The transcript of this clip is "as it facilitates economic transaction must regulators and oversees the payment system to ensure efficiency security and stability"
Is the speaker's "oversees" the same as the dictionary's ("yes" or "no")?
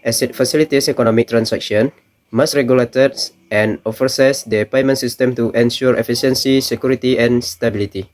no